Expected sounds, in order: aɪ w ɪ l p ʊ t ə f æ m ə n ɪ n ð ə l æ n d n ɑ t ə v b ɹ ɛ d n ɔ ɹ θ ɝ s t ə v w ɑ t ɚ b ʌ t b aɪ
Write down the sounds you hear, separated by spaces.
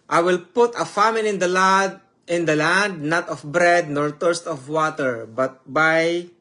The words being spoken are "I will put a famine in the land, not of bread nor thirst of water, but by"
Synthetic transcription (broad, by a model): aɪ w ɪ l p ʊ t ə f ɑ m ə n ɪ n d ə l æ n d n ɑ t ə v b ɹ ɛ d n ɔ ɹ t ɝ s t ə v w ɑ t ɚ b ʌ t b aɪ